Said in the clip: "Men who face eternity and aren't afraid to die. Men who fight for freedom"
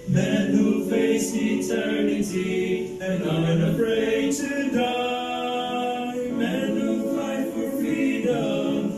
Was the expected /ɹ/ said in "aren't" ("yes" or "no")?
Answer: no